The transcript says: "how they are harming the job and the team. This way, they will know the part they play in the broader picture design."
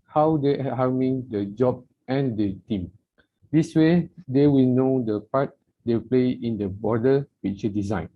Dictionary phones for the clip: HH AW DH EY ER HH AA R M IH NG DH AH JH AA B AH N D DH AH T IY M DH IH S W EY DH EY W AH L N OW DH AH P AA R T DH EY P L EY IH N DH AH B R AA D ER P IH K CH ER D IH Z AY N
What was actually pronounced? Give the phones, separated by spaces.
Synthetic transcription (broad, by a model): HH AW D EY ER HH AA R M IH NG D AH JH AA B AH N D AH T IY M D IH S W EY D EY W AH L N OW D AH P AA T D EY P L EY IH N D AH B AA D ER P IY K CH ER D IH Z AY N